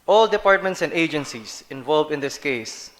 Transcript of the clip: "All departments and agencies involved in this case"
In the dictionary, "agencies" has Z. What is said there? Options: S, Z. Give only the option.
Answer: S